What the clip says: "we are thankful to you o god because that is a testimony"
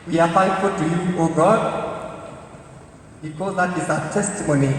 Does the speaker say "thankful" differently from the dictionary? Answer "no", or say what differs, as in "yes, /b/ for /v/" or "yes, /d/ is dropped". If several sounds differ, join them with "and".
yes, /f/ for /θ/